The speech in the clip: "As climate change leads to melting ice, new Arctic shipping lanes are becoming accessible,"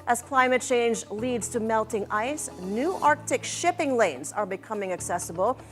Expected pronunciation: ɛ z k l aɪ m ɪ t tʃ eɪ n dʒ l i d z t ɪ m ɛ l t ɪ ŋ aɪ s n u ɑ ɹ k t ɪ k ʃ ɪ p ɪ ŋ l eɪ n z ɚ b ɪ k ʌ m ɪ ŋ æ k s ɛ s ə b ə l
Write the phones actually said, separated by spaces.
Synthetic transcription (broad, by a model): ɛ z k l aɪ m ɪ t tʃ eɪ n dʒ l i d z t ɪ m ɛ l t ɪ ŋ aɪ s n u ɑ ɹ k t ɪ k ʃ ɪ p ɪ ŋ l eɪ n z ɚ b ɪ k ʌ m ɪ ŋ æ k s ɛ s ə b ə l